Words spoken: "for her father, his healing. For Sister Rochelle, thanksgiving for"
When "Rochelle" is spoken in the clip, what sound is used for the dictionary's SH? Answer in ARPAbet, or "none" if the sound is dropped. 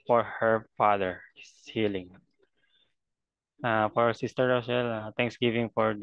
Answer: S